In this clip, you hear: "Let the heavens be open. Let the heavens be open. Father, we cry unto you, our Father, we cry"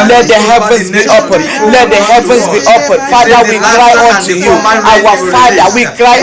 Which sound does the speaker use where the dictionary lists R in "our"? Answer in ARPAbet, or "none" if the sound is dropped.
W